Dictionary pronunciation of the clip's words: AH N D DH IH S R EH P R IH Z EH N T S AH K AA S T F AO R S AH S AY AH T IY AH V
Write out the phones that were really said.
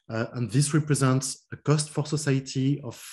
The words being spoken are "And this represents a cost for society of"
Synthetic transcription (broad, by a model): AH N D DH IH S R EH P R IH Z EH N T S AH K AA S T F AO R S AH S AY AH T IY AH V